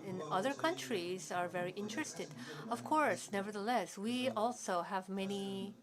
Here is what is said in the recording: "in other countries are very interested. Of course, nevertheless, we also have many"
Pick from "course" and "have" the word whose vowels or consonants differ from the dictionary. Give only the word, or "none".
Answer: none